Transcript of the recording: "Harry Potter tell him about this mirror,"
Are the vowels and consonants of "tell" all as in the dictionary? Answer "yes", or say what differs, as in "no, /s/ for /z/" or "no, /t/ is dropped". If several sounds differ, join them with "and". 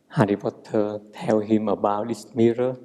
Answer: no, /w/ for /l/